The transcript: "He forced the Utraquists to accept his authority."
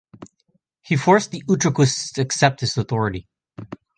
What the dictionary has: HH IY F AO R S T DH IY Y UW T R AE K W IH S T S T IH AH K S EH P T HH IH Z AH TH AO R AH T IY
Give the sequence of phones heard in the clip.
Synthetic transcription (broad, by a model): HH IY F AO R S DH IY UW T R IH K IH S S T IH AH K S EH P T HH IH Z AH TH AO R AH T IY